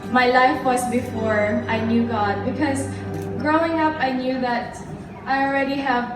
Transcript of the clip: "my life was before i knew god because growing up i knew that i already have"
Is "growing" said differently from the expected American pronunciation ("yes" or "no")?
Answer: no